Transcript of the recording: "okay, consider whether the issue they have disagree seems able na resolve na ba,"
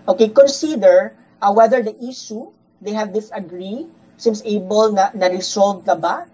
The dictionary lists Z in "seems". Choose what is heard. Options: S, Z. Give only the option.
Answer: S